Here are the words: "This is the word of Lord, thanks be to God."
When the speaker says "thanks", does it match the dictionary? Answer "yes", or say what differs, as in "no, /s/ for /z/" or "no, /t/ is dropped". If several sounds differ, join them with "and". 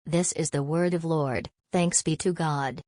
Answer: yes